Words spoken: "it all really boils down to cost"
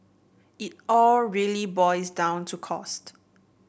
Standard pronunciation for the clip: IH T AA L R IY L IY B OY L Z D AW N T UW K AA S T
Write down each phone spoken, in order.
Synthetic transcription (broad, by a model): IH T AA L R IY L IY B OY Z D AW N T UW K AA S T